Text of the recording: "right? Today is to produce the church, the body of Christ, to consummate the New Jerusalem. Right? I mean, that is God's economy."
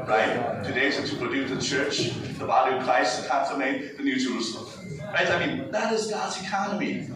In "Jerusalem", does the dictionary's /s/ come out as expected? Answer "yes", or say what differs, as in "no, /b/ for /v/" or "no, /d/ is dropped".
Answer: no, /s/ is dropped